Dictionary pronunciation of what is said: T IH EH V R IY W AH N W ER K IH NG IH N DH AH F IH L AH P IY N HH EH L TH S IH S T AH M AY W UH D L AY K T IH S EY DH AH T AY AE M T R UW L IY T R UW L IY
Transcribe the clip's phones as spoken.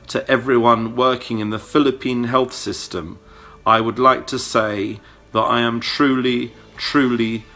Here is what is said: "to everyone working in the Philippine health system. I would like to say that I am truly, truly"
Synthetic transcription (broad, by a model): T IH EH V R IY W AH N W ER K IH NG IH N DH AH F IH L AH P IY N HH EH L TH S IH S T AH M AY W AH D L AY K T IH S EY DH AH T AY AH M T R UW L IY T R UW L IY